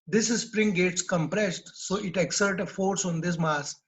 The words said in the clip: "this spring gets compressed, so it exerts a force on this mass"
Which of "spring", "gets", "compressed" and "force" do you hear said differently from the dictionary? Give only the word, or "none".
none